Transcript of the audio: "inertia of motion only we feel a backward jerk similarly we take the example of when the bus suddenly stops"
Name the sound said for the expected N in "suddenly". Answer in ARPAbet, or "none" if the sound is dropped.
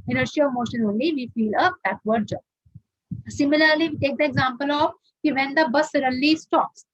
none